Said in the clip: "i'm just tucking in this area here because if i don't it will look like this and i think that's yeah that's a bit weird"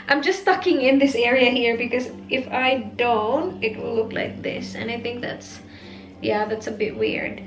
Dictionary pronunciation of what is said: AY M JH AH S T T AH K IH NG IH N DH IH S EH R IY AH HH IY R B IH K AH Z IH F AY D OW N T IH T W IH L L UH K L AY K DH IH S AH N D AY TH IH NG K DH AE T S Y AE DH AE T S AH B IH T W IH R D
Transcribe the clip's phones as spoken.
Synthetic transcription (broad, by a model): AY M JH AH S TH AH K IH NG IH N DH IH S EH R IY AH HH IY R B IH K AH Z IH F AY D OW N T IH T W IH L L UH K L AY K DH IH S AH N AY TH IH NG K DH AE T S Y AE DH AE T S AH B IH T W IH R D